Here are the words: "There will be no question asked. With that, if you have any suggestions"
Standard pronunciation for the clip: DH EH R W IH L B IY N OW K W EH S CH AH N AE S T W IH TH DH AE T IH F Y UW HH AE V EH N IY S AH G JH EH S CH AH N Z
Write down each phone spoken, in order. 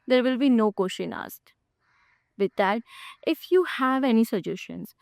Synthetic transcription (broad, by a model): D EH R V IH L B IY N OW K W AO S SH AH N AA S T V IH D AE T IH F Y UW HH AE V EH N IY S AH JH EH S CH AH N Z